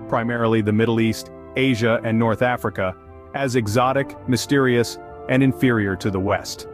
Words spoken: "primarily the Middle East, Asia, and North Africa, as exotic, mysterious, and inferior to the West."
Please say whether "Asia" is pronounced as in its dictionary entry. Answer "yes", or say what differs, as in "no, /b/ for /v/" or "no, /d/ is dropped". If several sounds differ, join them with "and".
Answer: yes